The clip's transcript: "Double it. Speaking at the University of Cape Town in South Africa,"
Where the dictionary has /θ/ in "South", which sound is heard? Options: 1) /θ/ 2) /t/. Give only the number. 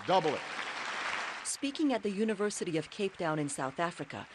1